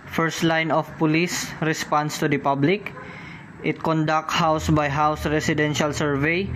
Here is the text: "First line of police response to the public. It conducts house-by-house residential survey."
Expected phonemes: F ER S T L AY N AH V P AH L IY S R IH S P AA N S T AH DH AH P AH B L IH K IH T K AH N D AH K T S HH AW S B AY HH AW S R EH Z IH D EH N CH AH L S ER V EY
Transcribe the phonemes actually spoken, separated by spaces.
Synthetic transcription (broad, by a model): F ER S T L AY N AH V P AH L IY S R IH S P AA N S T AH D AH P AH B L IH K IH T K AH N D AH K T HH AW S B AY HH AW S R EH S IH D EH N SH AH L S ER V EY